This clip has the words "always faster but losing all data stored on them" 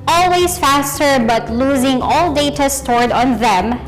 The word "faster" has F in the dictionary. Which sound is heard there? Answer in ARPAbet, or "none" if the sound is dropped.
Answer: F